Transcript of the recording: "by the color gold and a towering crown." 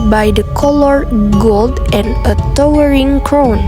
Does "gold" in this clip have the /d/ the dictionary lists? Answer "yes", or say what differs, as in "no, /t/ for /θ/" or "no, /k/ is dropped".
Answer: yes